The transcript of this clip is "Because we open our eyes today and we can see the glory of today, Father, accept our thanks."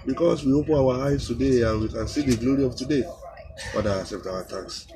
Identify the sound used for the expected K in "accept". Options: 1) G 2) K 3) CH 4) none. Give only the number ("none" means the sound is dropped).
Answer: 4